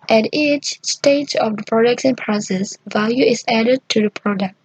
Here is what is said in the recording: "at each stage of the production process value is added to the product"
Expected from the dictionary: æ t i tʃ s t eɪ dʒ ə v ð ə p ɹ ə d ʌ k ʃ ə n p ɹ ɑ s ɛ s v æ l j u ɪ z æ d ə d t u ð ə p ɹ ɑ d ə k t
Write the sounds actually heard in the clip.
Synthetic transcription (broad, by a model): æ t i tʃ s t eɪ dʒ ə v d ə p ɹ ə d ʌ k s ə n p ɹ ɑ s ɛ s v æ l j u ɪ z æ d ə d t u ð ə p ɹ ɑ d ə k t